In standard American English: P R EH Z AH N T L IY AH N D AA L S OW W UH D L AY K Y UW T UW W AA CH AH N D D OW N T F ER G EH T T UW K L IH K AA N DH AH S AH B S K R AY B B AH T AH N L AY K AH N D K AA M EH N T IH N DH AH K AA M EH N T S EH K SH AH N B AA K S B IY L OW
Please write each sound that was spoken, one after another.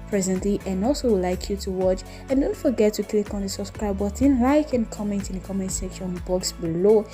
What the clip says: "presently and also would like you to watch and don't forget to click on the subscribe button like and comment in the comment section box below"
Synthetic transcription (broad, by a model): P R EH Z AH N T L IY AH N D AA L S OW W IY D L AY K Y UW T UW W AA CH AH N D D OW N T F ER G EH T T UW K L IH K AA N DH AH S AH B S K R AY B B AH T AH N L AY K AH N K AA M EH N T IH N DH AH K AA M EH N T S EH K SH AH N B AA K S B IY L OW